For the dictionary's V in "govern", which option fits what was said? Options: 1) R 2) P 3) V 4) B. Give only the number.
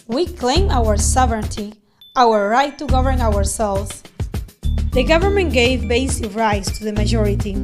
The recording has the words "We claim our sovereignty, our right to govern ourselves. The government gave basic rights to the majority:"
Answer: 3